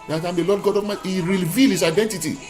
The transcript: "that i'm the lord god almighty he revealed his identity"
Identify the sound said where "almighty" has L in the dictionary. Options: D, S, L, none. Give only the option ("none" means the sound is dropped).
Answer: none